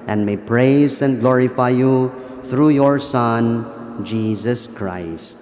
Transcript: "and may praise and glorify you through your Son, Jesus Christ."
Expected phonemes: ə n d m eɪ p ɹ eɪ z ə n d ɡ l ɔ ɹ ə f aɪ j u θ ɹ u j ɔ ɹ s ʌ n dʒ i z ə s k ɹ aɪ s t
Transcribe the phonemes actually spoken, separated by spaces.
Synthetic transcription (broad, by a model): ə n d m eɪ p ɹ eɪ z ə n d ɡ l ɔ ɹ ə f aɪ j u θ ɹ u j ɔ ɹ s ʌ n dʒ i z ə s k ɹ aɪ s t